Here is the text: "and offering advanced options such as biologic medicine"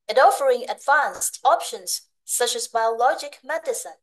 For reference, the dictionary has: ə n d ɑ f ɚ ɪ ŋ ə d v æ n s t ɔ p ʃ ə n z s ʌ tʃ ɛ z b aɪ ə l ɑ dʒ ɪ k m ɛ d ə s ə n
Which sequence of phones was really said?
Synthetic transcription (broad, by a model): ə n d ɑ f ɚ ɪ ŋ ə d v æ n s t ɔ p ʃ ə n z s ʌ tʃ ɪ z b aɪ ə l ɑ dʒ ɪ k m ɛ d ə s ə n